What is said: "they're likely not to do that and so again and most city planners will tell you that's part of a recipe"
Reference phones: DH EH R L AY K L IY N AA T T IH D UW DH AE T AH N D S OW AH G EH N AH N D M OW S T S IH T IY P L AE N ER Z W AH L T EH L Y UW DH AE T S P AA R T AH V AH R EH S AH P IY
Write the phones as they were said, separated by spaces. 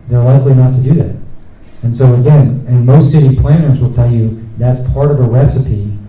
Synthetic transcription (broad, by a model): DH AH R L AY K L IY N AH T T IH D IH DH AE T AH N S OW AH G EH N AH N M OW S T S IH T IY P L AE N ER Z W AH L T EH L Y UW DH AE T S P AA R T AH V AH R EH S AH P IY